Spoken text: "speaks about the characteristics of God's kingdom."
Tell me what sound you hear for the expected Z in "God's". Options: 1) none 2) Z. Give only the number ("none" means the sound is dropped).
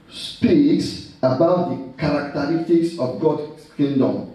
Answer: 1